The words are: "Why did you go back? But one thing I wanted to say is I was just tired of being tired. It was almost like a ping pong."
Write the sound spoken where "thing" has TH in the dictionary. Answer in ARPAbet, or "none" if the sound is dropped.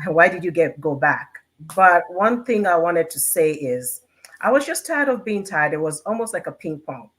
TH